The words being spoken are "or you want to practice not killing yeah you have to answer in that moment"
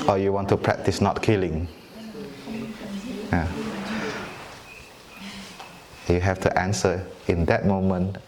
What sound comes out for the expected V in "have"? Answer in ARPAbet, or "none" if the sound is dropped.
F